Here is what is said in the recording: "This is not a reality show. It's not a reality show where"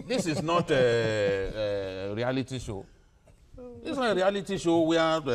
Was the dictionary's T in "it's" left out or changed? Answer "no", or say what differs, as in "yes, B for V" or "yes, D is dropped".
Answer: yes, S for T